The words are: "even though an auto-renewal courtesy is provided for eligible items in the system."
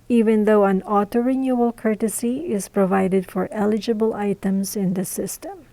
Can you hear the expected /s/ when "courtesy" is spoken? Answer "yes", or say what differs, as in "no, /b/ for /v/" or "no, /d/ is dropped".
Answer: yes